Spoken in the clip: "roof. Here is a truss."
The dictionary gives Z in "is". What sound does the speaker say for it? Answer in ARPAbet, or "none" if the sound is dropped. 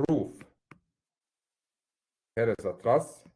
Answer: S